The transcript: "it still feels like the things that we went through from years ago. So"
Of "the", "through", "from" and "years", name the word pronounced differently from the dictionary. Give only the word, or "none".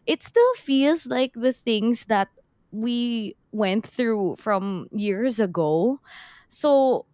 none